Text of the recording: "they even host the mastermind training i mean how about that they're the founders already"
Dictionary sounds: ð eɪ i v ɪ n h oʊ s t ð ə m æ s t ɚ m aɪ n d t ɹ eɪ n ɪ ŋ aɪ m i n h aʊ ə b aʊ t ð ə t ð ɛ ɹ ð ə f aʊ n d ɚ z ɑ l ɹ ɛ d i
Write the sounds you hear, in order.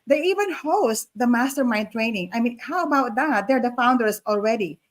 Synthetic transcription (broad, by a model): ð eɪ i v ɪ n h oʊ s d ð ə m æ s t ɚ m aɪ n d t ɹ eɪ n ɪ ŋ aɪ m i n h aʊ ə b aʊ t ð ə t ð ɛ ɹ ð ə f aʊ n d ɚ s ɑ l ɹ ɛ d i